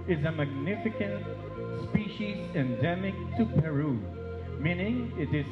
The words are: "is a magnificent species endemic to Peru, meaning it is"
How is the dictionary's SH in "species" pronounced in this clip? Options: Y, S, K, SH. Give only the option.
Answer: SH